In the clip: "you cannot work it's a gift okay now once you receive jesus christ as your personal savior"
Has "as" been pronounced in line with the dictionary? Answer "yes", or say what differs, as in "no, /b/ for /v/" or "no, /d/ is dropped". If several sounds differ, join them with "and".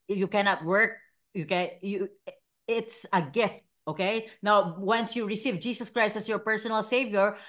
no, /s/ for /z/